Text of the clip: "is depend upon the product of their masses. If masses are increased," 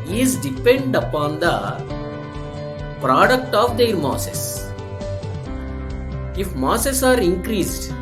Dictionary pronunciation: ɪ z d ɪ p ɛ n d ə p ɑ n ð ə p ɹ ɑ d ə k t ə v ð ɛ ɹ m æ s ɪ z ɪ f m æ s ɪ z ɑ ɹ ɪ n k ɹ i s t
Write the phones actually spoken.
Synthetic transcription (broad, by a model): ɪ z d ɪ p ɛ n d ə p ɑ n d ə p ɹ ɑ d ə k t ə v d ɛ ɹ m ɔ s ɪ s ɪ f m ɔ s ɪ s ɑ ɹ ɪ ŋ k ɹ i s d